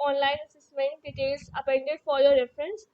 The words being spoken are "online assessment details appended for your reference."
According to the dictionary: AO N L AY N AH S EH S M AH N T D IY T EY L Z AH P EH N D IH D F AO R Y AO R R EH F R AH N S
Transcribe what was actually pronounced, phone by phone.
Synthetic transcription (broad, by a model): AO N L AY N AH S EH S M AH N T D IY T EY L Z AH P EH N D IH D F AO R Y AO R R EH F R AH N S